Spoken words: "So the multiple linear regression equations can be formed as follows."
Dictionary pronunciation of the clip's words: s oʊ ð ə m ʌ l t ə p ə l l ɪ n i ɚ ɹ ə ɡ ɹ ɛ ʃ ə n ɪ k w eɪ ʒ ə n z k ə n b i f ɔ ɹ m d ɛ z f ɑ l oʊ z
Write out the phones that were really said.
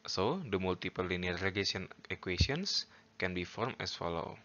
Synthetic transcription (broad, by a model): s oʊ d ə m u l t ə p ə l l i n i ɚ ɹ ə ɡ ɛ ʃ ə n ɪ k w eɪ s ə n s k ə n b i f ɔ ɹ m ɛ s f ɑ l oʊ